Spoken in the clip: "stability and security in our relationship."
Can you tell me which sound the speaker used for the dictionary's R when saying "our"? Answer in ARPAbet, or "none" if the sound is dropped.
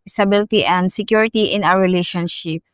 W